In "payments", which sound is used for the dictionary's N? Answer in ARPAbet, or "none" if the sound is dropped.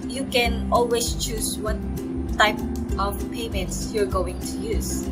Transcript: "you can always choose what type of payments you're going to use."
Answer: N